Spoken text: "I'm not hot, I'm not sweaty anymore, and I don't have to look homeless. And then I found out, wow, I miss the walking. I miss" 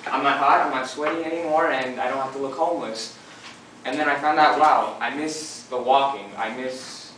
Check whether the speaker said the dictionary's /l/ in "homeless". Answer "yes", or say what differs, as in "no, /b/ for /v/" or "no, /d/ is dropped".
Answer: yes